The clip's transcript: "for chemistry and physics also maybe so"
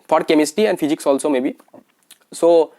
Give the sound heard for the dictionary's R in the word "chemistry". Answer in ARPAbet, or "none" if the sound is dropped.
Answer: none